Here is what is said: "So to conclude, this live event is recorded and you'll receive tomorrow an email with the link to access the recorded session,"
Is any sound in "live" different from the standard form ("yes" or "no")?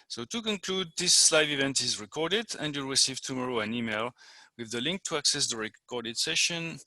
no